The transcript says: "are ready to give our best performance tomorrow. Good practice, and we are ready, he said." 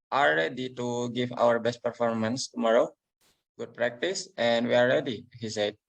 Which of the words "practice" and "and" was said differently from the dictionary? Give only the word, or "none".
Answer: none